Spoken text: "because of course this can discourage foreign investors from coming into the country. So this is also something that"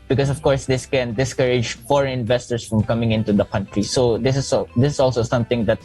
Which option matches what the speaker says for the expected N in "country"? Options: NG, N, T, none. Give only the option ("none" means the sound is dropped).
N